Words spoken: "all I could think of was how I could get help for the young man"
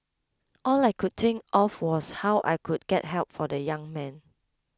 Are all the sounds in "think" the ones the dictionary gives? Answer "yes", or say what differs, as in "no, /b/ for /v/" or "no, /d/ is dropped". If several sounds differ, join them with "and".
no, /t/ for /θ/